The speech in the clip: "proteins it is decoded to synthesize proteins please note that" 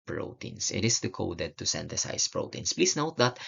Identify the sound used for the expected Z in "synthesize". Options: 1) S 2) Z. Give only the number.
1